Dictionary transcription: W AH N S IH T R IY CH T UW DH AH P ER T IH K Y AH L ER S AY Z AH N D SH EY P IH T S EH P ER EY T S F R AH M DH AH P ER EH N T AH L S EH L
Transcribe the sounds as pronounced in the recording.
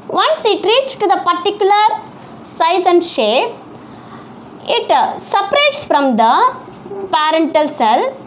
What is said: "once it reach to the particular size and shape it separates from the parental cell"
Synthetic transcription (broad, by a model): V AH N S IH T R IY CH T UW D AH P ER T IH K Y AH L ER S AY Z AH N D SH EY P IH T S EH P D EY T S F R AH M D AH P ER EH N T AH L S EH L